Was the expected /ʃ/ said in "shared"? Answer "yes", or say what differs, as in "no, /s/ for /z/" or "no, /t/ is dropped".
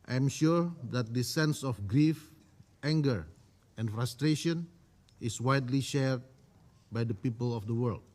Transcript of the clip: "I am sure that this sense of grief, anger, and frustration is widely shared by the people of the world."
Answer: yes